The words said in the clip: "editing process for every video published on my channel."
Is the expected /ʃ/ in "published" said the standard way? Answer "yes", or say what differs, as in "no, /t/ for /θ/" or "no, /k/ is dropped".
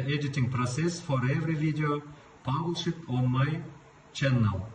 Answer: no, /ʃ/ is dropped